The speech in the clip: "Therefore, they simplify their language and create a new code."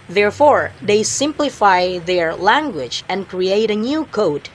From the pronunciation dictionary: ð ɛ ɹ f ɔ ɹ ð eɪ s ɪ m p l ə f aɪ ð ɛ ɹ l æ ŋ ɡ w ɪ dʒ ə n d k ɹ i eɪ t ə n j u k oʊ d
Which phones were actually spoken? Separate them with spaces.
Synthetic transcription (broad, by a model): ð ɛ ɹ f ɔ ɹ ð eɪ s ɪ m p l ə f aɪ ð ɛ ɹ l æ ŋ ɡ w ɪ dʒ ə n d k ɹ i eɪ t ə n j u k oʊ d